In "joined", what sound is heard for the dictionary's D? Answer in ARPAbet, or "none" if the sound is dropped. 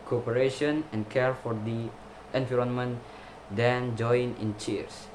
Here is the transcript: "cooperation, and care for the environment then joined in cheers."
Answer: none